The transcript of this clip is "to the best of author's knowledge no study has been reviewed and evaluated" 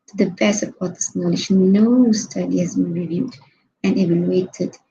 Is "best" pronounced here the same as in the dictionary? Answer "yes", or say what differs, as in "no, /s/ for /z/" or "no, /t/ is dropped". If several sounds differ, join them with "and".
no, /t/ is dropped